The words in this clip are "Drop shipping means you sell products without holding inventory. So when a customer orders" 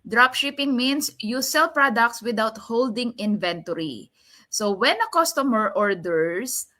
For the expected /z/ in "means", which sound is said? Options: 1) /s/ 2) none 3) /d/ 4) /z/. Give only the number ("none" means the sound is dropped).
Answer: 1